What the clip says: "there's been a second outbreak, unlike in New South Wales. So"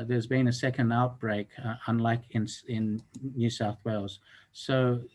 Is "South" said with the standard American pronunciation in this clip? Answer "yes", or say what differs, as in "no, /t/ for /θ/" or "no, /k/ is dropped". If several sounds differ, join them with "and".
yes